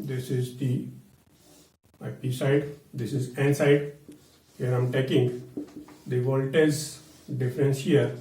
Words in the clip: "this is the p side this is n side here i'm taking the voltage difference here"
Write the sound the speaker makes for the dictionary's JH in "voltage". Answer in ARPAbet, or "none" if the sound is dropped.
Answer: Z